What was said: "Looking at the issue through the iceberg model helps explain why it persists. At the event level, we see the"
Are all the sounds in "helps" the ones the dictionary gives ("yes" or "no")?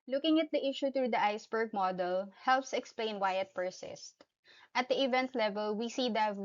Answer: yes